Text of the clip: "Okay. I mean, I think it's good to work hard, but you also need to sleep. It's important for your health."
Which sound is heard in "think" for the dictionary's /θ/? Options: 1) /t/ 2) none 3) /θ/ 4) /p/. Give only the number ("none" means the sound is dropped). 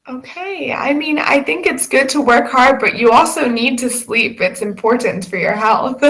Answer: 3